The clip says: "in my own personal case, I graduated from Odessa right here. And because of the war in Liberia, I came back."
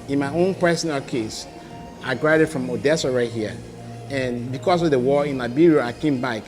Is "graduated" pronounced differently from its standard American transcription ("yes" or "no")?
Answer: yes